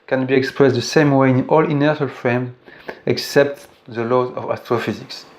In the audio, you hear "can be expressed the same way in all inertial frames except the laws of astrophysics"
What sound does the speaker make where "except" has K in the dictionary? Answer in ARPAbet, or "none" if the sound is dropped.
K